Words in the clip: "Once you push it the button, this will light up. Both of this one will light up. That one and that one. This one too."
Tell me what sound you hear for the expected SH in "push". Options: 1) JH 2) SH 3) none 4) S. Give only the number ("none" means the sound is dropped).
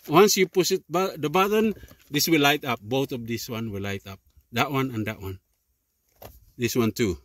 4